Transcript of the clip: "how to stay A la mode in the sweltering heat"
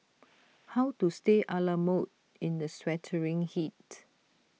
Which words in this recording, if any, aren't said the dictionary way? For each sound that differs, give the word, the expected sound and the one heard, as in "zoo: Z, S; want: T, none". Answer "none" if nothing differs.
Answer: sweltering: L, none